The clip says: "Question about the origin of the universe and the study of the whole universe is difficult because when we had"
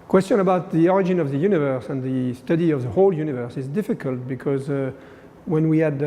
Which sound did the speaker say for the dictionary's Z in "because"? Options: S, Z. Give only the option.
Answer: Z